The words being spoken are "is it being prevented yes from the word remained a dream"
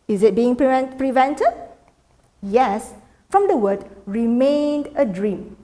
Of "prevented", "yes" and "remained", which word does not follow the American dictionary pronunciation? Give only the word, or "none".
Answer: none